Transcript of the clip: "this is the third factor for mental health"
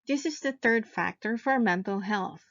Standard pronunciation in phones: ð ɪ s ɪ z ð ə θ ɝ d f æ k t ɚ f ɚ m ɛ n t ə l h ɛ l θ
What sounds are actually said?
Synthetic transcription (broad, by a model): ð ɪ s ɪ z ð ə θ ɝ d f æ k t ɚ f ɚ m ɛ n t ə l h ɛ l θ